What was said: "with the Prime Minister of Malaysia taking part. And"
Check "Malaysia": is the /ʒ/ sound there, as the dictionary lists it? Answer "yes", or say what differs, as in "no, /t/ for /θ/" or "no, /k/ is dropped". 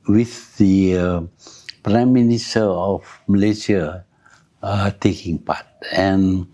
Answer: no, /s/ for /ʒ/